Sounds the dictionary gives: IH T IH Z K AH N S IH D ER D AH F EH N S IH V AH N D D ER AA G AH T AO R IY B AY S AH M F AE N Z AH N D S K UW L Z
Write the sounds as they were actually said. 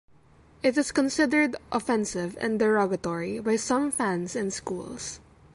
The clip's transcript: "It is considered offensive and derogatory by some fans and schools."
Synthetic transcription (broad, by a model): IH T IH S K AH N S IH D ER D AH F EH N S IH V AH N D D ER AA G AH T AO R IY B AY S AH M F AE N S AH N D S K UW L S